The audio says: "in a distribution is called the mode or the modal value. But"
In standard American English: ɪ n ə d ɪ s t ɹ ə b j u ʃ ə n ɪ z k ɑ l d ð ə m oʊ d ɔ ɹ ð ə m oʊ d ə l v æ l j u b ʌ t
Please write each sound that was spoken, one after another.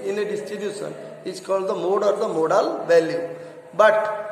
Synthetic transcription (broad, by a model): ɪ n ə d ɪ s t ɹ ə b j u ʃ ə n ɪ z k ɑ l d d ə m oʊ d ɔ ɹ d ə m oʊ d ə l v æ l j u b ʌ t